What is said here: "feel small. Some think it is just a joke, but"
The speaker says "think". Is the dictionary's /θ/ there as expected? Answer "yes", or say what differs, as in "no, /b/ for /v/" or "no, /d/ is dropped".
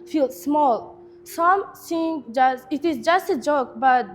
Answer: no, /s/ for /θ/